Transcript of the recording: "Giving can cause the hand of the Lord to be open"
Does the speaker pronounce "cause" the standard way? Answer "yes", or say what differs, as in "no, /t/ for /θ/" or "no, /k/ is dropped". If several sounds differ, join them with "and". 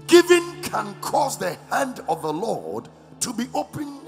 yes